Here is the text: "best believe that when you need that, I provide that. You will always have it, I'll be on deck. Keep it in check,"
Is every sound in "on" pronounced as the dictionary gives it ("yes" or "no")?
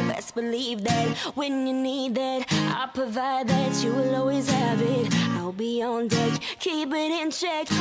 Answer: yes